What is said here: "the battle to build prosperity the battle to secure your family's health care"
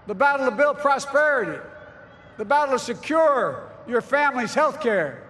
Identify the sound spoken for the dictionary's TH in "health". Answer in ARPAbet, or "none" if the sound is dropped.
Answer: TH